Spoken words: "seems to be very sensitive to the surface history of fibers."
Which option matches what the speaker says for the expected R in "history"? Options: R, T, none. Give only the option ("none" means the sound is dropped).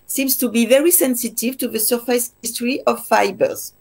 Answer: R